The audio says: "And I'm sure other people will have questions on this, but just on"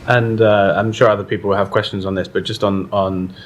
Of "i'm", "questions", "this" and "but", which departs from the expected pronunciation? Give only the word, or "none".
none